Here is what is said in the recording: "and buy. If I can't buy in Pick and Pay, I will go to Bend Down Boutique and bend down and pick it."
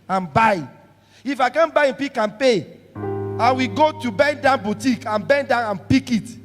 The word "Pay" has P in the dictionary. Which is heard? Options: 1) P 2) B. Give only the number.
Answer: 1